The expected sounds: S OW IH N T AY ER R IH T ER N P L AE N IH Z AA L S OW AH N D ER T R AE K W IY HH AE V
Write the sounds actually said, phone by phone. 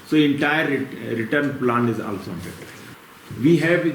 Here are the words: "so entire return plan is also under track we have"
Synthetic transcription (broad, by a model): S OW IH N T AY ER R IH T ER N P L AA N IH Z AA L S OW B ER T AH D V IY HH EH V